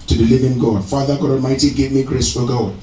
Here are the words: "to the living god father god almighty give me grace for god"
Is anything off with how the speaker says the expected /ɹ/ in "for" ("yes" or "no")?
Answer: yes